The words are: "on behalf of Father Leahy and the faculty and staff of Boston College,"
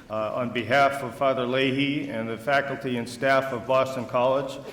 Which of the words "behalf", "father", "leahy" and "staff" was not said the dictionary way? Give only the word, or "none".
none